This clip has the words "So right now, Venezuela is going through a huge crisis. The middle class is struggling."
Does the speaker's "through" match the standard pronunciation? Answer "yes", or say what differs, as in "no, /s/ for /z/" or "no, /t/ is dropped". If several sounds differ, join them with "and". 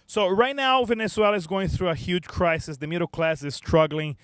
yes